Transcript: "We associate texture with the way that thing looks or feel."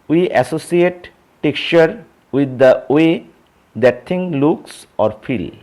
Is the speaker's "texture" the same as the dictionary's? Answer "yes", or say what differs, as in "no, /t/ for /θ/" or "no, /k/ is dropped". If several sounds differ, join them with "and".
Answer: no, /s/ is dropped